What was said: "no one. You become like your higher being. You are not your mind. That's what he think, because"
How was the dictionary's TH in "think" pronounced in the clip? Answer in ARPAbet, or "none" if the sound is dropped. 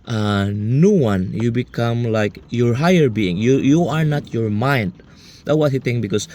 T